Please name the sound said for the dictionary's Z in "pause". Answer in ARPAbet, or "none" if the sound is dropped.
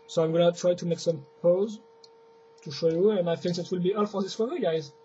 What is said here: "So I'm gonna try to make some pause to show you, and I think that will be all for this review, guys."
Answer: Z